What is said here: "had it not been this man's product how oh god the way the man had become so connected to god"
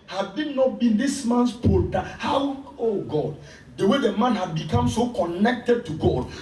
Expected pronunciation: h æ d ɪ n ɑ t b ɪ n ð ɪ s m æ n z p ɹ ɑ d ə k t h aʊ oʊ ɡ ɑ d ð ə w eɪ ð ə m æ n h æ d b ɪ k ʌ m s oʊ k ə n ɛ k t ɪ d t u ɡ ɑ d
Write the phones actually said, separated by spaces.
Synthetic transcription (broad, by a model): h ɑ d ɪ n ɑ t b ɪ n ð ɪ s m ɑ n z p ɑ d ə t h aʊ oʊ ɡ ɑ d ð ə w eɪ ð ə m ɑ n h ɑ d b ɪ k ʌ m s oʊ k ə n ɛ k t ɪ d t u ɡ ɑ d